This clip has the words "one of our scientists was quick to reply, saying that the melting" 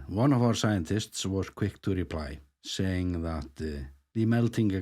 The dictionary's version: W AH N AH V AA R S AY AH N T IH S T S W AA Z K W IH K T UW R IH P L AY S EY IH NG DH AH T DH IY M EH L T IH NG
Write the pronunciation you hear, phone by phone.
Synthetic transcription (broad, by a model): W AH N AH V AA R S AY AH N T IH S T S W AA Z K W IH K T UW R IH P L AY S EY IH NG DH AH T DH IY M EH L T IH NG